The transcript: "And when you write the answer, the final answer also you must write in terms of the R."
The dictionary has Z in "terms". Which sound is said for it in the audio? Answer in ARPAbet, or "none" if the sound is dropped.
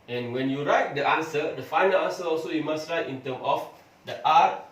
none